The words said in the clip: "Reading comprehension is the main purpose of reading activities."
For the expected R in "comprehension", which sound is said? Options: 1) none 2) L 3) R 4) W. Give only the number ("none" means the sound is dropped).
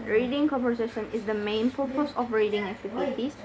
1